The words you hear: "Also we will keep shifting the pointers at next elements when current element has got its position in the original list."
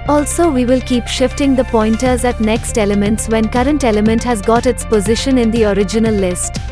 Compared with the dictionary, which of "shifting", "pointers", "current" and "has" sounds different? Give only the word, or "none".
none